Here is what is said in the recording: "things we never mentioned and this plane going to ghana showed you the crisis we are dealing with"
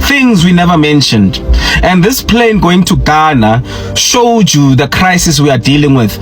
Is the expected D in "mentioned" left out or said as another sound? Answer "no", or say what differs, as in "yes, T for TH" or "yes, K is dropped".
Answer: no